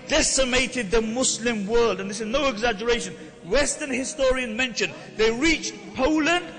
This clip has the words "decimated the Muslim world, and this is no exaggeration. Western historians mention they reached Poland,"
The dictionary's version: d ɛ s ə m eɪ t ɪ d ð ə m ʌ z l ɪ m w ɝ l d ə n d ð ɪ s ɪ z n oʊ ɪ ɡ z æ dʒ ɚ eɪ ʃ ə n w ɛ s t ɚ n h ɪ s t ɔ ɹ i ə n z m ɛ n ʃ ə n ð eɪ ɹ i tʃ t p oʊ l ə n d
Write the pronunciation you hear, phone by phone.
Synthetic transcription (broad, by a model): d ɛ s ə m eɪ t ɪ d ð ə m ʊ s l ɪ m w ɝ l d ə n ð ɪ s ɪ z n oʊ ɪ ɡ z æ dʒ ɚ eɪ ʃ ə n w ɛ s t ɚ n h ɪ s t ɔ ɹ i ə n m ɛ n ʃ ə n ð eɪ ɹ i tʃ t p oʊ l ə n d